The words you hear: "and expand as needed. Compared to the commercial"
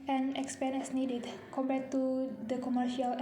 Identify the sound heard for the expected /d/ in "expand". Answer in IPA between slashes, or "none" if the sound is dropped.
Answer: none